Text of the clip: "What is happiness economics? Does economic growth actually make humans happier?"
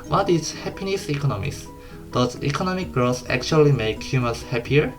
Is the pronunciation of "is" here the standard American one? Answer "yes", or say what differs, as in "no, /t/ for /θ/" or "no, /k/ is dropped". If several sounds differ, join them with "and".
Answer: no, /s/ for /z/